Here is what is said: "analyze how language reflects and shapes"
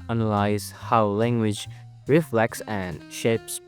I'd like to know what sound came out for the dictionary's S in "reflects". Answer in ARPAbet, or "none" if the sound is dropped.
S